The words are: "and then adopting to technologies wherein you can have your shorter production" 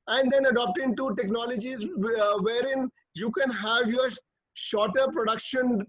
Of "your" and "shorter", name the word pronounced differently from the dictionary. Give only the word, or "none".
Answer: none